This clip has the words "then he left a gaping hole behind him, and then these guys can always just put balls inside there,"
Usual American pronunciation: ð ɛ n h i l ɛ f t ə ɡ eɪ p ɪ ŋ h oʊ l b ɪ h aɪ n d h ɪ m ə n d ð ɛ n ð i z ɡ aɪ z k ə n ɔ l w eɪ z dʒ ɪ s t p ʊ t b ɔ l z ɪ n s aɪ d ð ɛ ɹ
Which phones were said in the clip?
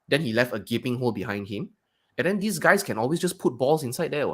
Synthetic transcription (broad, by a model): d ɛ n h i l ɛ f t ə ɡ eɪ p ɪ ŋ h oʊ l b ɪ h aɪ n d h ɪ m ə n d ɛ n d i s ɡ aɪ s k ə n ɔ l w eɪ s dʒ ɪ s p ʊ t b ɔ l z ɪ n s aɪ d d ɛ